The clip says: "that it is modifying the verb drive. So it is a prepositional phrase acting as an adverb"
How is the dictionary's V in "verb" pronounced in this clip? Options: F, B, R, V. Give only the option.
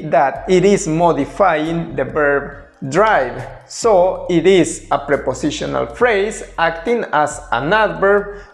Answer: B